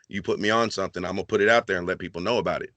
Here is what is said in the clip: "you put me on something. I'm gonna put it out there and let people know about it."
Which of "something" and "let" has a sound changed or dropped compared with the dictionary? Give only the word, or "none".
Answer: none